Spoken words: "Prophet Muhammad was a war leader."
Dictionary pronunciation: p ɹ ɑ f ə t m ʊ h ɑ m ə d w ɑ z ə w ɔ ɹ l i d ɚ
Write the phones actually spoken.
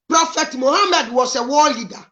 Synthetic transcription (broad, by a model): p ɹ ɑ f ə t m ʊ h ɑ m ə d w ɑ s ə w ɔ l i d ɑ